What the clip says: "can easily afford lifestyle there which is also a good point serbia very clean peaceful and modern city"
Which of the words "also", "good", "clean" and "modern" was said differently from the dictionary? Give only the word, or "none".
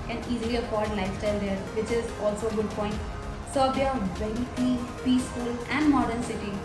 clean